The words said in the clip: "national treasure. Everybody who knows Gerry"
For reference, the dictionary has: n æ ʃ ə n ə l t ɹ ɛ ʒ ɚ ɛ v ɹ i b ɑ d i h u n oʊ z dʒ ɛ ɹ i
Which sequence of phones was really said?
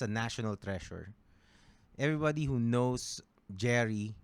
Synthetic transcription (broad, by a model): n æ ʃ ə n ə l t ɹ ɛ ʃ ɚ ɛ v ɹ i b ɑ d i h u n oʊ s dʒ ɛ ɹ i